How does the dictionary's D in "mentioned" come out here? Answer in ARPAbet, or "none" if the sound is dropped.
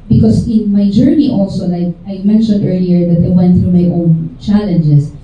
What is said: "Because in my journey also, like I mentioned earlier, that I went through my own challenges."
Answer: D